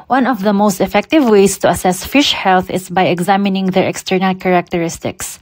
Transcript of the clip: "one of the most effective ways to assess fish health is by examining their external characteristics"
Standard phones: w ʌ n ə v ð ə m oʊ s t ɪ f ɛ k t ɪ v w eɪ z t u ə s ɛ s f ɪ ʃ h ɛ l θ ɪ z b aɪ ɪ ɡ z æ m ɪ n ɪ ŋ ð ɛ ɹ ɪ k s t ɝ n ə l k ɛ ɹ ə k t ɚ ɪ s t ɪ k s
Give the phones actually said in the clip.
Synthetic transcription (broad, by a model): w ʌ n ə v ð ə m oʊ s t ɪ f ɛ k t ɪ v w eɪ s t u ə s ɛ s f ɪ ʃ h ɛ l θ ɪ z b aɪ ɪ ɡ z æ m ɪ n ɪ ŋ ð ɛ ɹ ɪ k s t ɝ n ə l k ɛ ɹ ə k t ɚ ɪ s t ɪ k s